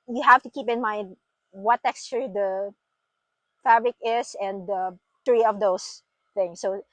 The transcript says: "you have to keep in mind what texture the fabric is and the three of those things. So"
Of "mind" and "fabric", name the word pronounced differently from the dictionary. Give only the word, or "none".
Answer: none